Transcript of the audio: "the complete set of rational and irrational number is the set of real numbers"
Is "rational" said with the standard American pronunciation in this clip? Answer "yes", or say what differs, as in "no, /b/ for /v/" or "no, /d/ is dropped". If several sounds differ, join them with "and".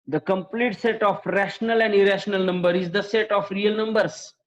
yes